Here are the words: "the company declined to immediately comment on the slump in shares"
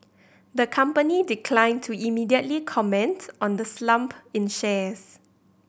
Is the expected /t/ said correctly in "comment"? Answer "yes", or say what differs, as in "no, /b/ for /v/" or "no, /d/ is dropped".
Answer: yes